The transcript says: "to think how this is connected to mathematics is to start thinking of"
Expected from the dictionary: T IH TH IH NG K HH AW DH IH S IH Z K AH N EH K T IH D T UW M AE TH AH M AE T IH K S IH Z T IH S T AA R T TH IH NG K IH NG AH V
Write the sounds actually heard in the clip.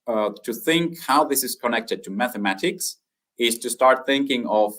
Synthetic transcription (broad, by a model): T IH TH IH NG K HH AW DH IH S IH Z K AH N EH K T IH D T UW M AE TH AH M AE T IH K S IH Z T IH S T AA R T TH IH NG K IH NG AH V